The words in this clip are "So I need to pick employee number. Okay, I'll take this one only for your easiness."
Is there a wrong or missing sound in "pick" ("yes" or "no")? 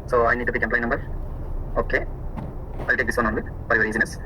yes